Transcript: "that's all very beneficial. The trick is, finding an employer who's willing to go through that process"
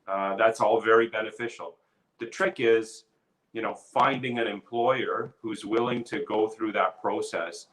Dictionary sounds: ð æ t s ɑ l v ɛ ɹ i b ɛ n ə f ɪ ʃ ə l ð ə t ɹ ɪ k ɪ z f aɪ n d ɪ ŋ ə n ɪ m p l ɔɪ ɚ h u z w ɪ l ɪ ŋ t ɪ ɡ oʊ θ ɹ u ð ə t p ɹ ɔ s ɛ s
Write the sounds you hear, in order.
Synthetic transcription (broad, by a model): ð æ t s ɑ l v ɛ ɹ i b ɛ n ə f ɪ ʃ l ð ə t ɹ ɪ k ɪ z f aɪ n d ɪ ŋ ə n ɪ m p l ɔɪ ɚ h u z w ɪ l ɪ ŋ t ɪ ɡ oʊ θ ɹ u ð ə t p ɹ ɔ s ɛ s